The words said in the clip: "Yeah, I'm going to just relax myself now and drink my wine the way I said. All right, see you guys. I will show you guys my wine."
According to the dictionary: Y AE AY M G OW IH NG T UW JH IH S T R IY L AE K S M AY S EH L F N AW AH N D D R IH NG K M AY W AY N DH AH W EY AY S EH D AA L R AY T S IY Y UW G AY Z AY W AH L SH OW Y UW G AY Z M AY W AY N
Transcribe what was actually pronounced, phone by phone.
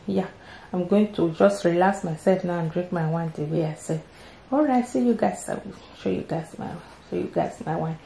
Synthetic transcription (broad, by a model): Y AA AY M G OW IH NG T UW JH IH S T R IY L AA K S M AY S EH L F N AW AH N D D R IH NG K M AY W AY N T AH W EY AY S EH AA L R AY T S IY Y UW G AY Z AY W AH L SH OW Y UW G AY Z M AY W AY N